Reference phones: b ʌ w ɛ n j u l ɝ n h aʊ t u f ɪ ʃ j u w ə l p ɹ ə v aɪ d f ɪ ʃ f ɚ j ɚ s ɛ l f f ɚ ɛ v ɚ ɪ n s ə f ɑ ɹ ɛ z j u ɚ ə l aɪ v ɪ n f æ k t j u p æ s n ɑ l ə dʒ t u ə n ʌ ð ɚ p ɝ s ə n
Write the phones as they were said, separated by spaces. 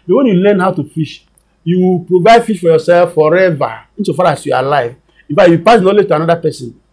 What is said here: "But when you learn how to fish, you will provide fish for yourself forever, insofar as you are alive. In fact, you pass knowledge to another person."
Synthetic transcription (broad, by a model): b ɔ w ɛ n j u l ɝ n h aʊ t u f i ʃ j u w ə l p ɹ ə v aɪ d f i ʃ f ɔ j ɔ s ɛ l f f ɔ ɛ v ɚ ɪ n s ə f ɑ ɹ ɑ s j u ə l aɪ v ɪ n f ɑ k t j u p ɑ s n ɑ l ə dʒ t u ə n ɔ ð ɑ p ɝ s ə n